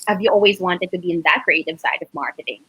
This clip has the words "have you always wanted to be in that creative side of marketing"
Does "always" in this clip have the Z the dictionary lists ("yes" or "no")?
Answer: yes